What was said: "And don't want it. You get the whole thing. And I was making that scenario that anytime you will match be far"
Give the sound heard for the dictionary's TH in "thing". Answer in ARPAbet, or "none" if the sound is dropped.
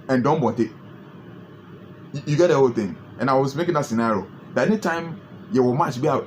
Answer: T